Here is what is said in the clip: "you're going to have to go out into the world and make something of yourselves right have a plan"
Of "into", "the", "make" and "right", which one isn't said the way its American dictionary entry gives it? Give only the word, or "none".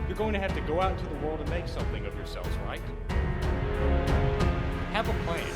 into